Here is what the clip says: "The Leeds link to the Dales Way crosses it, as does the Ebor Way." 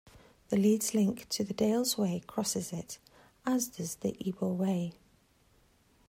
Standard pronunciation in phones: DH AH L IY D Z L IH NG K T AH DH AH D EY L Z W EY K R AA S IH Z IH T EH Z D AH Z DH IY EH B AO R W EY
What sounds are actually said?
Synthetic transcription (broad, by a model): DH AH L IY D Z L IH NG K T AH DH AH D EY L Z W EY K R AA S IH Z IH T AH Z D AH Z DH IY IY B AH L W EY